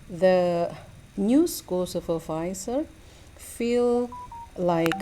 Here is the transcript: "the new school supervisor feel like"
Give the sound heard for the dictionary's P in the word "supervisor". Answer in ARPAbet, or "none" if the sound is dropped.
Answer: F